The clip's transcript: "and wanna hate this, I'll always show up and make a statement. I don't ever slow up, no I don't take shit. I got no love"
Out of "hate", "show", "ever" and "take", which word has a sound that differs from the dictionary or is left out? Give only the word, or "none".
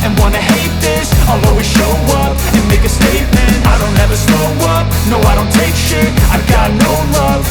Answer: none